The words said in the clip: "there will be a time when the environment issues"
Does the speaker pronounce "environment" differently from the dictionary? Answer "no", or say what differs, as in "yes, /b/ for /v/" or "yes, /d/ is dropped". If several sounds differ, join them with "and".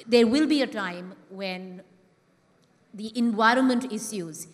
no